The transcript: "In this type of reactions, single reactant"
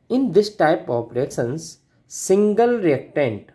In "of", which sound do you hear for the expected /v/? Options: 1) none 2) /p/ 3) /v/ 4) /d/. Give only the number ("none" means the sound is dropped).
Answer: 2